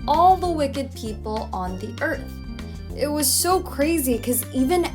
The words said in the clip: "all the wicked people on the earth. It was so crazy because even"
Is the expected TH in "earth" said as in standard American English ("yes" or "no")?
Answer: yes